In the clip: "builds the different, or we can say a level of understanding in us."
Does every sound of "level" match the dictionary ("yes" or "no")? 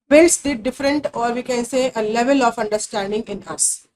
yes